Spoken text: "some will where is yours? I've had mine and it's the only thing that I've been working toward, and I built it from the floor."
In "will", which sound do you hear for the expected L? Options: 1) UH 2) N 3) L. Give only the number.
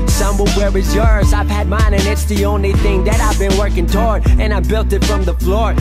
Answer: 2